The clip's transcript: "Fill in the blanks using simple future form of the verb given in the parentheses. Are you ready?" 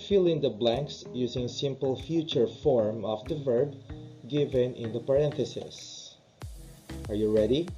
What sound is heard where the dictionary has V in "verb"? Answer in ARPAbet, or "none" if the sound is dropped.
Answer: V